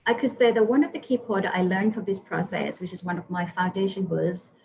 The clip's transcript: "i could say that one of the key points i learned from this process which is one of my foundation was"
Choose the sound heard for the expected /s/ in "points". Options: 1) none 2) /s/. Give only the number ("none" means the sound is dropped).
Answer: 1